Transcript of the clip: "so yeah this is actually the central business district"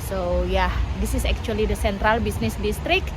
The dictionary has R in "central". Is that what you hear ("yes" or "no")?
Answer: yes